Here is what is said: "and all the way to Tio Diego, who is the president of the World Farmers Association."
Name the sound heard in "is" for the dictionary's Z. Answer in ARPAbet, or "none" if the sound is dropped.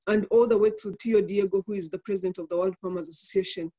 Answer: Z